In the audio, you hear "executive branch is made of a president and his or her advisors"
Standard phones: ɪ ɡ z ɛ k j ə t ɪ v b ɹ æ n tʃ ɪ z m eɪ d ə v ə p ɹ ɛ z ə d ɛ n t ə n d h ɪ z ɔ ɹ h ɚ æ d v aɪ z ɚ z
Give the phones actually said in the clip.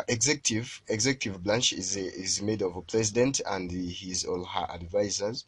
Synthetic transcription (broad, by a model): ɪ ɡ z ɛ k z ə t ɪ v b l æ n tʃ ɪ z m eɪ d ə v ə p ɹ ɛ z ə d ɛ n t ə n d h ɪ z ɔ l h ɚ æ d v aɪ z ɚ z